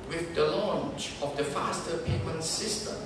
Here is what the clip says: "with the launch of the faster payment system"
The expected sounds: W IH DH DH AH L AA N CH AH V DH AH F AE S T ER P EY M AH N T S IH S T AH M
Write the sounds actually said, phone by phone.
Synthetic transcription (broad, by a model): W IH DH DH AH L AA N CH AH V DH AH F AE S T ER P EY M AH N T S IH S T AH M